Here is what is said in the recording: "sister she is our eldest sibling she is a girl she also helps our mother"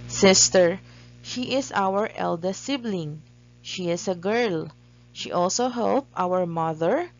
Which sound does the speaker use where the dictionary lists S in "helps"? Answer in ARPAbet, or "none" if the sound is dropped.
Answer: none